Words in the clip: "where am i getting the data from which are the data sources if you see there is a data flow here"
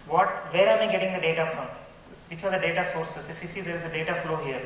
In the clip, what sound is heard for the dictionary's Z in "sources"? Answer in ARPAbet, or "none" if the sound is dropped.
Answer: S